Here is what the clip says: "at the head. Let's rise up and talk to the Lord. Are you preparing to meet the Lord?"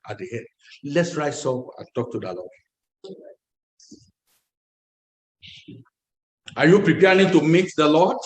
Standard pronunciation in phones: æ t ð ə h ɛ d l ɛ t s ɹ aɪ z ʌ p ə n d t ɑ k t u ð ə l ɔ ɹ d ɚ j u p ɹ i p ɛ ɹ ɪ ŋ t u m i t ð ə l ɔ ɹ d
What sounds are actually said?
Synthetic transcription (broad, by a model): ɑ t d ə h ɛ d l ɛ t s ɹ aɪ s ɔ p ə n t ɑ k t u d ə l ɔ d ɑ j u p ɹ i p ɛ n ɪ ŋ t u m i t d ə l ɔ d